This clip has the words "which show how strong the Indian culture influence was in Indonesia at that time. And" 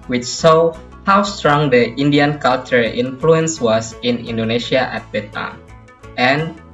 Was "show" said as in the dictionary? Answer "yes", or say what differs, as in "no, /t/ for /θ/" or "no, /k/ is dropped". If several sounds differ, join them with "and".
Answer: no, /s/ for /ʃ/